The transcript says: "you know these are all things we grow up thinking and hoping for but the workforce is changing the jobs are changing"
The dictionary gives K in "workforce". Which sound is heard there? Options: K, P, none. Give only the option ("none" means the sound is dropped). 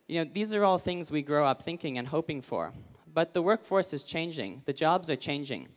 K